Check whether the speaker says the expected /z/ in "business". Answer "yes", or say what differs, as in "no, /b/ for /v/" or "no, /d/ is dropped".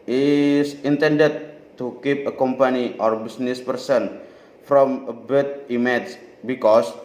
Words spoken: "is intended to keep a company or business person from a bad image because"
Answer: no, /s/ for /z/